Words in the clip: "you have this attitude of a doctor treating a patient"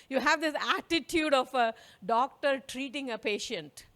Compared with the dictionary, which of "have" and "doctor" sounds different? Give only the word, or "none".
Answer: none